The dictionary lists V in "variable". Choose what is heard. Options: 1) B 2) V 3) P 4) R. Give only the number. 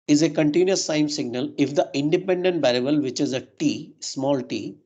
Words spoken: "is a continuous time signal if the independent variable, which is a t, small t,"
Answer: 1